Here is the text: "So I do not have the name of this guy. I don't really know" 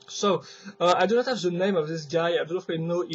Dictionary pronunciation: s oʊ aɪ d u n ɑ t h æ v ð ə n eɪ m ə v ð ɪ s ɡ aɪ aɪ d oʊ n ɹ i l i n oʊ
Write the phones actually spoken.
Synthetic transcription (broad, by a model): s oʊ aɪ d u n ɑ t h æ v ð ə n eɪ m ə v ð ɪ s ɡ aɪ aɪ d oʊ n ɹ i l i n oʊ